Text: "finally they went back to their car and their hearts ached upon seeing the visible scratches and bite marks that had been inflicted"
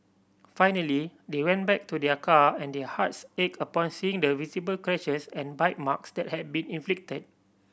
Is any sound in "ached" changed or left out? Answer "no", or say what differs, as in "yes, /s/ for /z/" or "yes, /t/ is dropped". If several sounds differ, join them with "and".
yes, /t/ is dropped